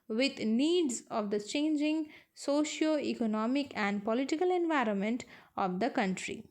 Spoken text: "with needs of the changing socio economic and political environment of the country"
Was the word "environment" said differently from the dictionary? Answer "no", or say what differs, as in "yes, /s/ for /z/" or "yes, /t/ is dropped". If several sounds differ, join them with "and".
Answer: no